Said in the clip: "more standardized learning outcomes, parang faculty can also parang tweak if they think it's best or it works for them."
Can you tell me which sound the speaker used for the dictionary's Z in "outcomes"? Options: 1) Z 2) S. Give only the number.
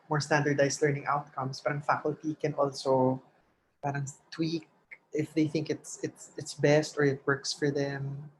2